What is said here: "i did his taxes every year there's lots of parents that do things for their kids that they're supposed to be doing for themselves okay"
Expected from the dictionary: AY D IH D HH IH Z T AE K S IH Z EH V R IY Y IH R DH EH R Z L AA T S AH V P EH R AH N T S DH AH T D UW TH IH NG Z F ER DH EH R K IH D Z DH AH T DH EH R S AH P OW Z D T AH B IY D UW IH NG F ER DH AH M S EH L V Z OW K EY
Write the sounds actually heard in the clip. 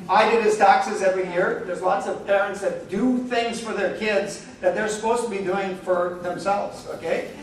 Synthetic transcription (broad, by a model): AY D IH D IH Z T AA K S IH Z EH V R IY Y IH R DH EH R Z L AA T S AH V P EH R AH N T S DH AH T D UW TH IH NG Z F ER DH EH R K IH D Z DH AH T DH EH R S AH P OW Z T AH B IY D UW IH NG F ER DH AH M S EH L V Z OW K EY